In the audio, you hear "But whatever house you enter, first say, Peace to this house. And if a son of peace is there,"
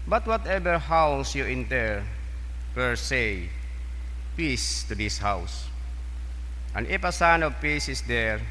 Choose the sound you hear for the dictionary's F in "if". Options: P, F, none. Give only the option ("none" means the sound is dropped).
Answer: P